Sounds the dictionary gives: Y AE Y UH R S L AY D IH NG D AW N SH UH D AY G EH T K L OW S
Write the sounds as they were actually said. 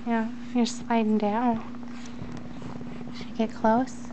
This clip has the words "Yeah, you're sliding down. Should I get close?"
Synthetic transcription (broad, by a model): Y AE Y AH R S L AY D IH NG D AW N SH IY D G EH T K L OW S